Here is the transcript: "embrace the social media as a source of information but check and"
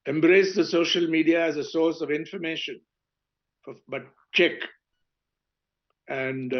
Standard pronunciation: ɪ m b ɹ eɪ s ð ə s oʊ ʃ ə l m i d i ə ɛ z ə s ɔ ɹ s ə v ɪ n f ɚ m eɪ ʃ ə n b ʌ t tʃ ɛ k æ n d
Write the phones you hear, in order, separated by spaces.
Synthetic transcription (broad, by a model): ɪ m b ɹ eɪ s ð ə s oʊ ʃ ə l m i d i ə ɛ z ə s ɔ ɹ s ə v ɪ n f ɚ m eɪ ʃ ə n b ʌ t tʃ ɛ k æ n d